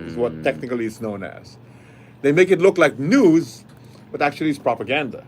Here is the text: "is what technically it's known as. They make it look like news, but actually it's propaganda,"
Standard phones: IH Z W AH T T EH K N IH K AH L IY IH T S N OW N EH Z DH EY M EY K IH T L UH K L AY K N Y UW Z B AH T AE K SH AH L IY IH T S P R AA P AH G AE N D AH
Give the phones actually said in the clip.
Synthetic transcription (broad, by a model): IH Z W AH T T EH K N IH K AH L IY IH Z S N OW N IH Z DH EY M EY K IH T L UH K L AY K N Y UW Z B AH T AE K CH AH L IY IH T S P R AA P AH G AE N D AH